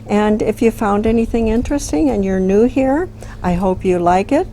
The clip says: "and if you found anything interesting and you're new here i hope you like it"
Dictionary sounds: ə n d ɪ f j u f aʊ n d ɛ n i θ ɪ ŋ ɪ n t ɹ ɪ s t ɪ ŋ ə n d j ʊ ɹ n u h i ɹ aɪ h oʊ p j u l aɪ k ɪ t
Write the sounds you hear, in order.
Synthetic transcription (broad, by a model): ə n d ɪ f j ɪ f aʊ n d ɛ n i θ ɪ ŋ ɪ n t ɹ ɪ s t ɪ ŋ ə n j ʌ ɹ n u h i ɹ aɪ h oʊ p j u l aɪ k ɪ t